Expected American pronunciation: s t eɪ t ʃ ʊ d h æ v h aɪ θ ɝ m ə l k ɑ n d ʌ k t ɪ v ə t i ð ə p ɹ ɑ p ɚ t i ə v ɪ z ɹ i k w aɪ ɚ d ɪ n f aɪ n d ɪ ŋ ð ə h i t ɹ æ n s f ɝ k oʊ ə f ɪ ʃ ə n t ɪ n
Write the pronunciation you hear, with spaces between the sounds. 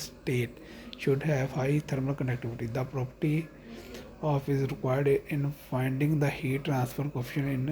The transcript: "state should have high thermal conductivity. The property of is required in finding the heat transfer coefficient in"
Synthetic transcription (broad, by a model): s t eɪ t ʃ ʊ d h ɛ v h aɪ t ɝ m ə l k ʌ n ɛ k t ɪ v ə t i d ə p ɹ ɑ p ɚ t i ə f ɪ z ɹ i k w aɪ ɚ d ɪ n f aɪ n d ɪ ŋ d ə h i t ɹ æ n s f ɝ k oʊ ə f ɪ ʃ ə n ɪ n